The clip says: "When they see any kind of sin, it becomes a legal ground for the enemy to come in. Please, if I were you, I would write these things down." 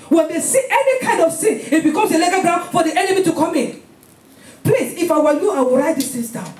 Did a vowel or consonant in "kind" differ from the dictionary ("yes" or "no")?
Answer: no